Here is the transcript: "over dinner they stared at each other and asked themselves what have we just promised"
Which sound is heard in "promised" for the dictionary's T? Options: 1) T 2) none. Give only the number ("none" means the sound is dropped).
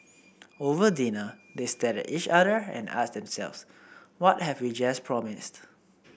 1